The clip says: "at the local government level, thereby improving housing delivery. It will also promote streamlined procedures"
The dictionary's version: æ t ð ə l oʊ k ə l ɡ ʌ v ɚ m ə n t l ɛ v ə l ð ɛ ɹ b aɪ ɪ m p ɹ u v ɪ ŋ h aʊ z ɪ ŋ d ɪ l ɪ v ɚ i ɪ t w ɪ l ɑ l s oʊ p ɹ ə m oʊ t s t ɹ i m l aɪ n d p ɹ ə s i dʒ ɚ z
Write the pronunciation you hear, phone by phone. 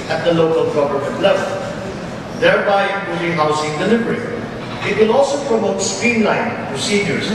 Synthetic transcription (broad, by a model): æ t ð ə l oʊ k ə l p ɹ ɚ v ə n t l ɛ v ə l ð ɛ ɹ b aɪ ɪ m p u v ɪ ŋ h aʊ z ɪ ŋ d ɪ l ɪ v ɚ i ɪ t w ɪ l ɑ l s oʊ p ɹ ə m oʊ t s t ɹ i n l aɪ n p ɹ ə s i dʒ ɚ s